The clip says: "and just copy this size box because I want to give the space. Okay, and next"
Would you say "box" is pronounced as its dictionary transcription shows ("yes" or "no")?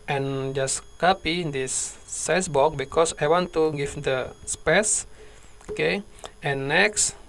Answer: no